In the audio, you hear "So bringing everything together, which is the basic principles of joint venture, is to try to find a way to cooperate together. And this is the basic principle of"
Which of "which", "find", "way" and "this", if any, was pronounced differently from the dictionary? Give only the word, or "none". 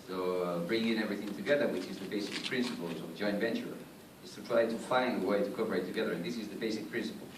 find